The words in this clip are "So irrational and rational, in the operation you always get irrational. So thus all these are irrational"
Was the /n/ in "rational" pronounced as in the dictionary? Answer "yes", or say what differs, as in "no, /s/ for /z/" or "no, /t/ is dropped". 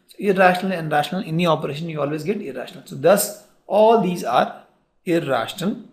yes